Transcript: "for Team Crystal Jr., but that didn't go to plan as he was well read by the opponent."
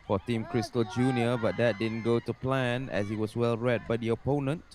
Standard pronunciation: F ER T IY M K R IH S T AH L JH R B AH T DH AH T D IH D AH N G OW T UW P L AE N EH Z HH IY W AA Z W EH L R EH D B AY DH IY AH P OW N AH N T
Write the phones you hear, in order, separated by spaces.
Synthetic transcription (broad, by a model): F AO T IY M K R IH S T AH L JH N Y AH T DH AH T D IH D AH N G OW T UW P L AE N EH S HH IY W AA S W EH L R EH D B AY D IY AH P OW N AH N T